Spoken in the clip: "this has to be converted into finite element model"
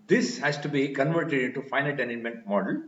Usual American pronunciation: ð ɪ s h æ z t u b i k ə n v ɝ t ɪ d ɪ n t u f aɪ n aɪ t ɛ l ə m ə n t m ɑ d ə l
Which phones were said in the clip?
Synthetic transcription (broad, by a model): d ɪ s h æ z t u b i k ə n v ɝ t ɪ d ɪ n t u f aɪ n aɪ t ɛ n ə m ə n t m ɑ d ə l